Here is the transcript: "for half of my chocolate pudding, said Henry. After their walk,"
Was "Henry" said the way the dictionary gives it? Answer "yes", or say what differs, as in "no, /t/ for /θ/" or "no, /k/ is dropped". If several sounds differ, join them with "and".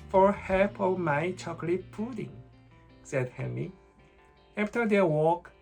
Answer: no, /ɹ/ is dropped